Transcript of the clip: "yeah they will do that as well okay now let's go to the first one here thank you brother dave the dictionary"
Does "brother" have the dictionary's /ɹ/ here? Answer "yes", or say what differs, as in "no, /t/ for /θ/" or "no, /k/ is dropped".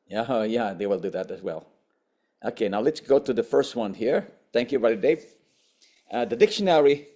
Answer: no, /ɹ/ is dropped